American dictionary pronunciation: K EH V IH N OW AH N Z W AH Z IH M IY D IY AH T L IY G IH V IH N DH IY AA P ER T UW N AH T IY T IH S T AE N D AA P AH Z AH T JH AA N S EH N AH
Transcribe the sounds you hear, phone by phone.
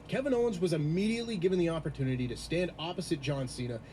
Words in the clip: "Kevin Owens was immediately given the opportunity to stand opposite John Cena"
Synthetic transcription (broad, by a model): K EH V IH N OW AH N Z W AH Z IH M IY D IY AH T L IY G IH V IH N DH IY AA P ER T UW N AH T IY T IH S T AE N D AA P AH Z AH T JH AA N S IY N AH